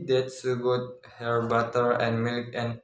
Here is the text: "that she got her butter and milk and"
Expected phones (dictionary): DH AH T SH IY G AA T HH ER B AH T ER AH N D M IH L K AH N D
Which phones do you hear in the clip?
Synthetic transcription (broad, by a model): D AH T S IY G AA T HH ER B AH T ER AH N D M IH L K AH N